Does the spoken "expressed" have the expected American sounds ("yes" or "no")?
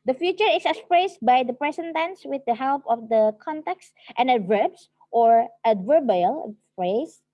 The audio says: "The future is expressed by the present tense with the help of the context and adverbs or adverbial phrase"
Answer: no